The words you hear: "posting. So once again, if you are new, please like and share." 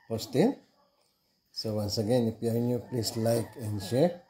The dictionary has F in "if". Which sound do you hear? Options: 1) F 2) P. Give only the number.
2